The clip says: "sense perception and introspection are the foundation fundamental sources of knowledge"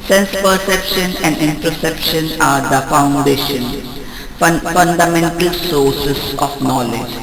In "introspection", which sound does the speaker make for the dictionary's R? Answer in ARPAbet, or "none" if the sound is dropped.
none